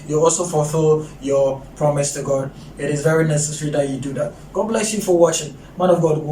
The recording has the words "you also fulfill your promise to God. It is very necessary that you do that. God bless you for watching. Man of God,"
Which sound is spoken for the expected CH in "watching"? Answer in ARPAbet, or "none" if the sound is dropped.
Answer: CH